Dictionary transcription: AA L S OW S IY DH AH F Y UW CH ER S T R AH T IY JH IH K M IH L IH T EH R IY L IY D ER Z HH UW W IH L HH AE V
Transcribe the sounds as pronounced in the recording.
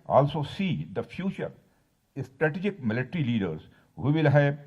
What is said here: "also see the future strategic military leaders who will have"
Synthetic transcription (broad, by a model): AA L S OW S IY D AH F Y UW CH ER S T R AH T IY JH IH K M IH L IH T R IY L IY D ER Z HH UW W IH L HH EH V